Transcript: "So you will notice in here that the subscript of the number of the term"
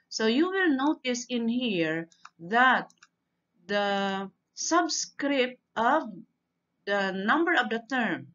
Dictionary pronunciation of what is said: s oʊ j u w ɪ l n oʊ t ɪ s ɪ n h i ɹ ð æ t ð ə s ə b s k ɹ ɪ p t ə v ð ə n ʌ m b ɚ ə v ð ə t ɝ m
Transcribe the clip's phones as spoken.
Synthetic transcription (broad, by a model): s oʊ j u w ɪ l n oʊ t ɪ s ɪ n h i ɹ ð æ t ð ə s ə b s k ɹ ɪ p t ə v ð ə n ʌ m b ɚ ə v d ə t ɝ m